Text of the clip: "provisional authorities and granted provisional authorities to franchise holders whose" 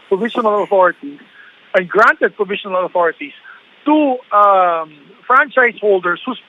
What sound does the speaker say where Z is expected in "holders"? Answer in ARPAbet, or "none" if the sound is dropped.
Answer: S